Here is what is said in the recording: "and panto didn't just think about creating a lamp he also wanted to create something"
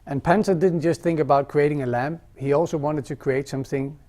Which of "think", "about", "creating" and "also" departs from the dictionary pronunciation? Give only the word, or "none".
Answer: none